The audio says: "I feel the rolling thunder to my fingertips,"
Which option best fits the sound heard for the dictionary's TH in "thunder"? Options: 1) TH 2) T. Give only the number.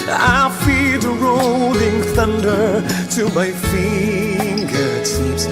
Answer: 1